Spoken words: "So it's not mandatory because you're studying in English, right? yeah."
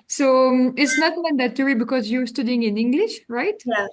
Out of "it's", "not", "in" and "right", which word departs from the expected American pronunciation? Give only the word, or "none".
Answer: none